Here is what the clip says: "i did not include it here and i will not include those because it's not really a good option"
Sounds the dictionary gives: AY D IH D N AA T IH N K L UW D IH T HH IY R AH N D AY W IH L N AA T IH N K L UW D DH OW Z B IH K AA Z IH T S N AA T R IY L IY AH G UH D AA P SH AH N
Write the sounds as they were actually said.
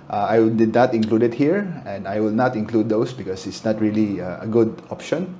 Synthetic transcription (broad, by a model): AY D IH D N AA T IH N K L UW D IH T HH IY R AH N D AY W IH L N AA T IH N K L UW D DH OW S B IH K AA S IH T S N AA T R IY L IY AH G UH D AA P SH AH N